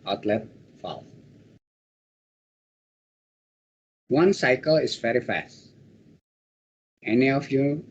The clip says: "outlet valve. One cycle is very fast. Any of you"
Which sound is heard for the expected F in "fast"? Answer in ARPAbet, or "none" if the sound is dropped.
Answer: F